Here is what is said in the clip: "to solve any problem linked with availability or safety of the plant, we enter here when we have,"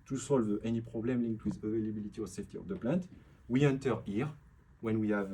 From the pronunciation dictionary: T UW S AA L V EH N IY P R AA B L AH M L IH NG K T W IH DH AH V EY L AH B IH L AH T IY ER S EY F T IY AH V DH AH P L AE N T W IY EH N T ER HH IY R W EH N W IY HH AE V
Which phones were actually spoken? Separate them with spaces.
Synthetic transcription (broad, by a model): T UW S AA L V EH N IY P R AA B L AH M L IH NG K T W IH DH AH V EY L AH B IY L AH T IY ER S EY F T IY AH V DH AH P L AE N T W IY EH N T ER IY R W EH N W IY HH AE V